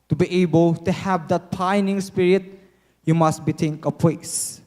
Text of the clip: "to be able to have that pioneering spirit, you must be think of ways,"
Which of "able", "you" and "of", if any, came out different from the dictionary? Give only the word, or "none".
of